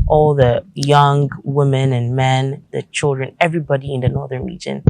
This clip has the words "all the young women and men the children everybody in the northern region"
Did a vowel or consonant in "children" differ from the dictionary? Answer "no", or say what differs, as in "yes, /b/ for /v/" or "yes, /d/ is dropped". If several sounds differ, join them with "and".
no